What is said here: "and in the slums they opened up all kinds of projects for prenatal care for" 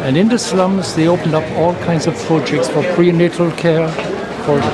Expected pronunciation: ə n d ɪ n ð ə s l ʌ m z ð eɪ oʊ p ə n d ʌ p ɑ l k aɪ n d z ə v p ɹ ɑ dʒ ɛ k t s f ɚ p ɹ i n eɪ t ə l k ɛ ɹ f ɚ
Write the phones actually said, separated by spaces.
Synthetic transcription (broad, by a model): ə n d ɪ n ð ə s l ʌ m z ð eɪ oʊ p ə n d ʌ p ɑ l k aɪ n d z ə v p ɹ ɑ dʒ ɛ k t s f ɚ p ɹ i n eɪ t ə l k ɛ ɹ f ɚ